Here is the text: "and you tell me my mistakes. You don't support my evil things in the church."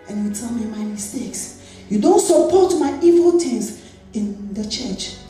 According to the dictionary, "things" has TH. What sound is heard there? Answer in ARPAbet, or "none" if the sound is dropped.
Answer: T